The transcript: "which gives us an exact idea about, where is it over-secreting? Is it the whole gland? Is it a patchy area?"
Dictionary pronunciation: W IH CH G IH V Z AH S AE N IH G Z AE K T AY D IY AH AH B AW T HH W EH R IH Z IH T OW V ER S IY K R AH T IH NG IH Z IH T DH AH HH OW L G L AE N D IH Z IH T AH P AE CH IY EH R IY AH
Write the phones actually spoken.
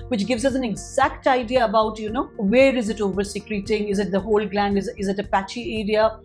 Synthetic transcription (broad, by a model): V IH CH G IH V Z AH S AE N IH G Z AE K T AY D IY AH AH B AW T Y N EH R IH Z IH T OW V ER S IY K R AH T IH NG IH Z IH T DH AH HH OW L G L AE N D IH Z IH T AH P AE CH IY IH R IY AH